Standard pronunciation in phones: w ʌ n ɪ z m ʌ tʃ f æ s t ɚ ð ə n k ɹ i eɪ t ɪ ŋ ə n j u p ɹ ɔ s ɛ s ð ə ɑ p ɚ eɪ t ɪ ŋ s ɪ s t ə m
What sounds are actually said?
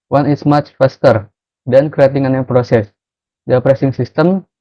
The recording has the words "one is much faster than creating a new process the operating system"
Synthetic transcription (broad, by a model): w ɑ n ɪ s m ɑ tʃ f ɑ s t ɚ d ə n k ɹ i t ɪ ŋ ə n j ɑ p ɹ ɔ s ɛ s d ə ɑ p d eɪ s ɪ ŋ s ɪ s t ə m